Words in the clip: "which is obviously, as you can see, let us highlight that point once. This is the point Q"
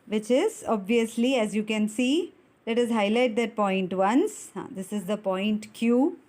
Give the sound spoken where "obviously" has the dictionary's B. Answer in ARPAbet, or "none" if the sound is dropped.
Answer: B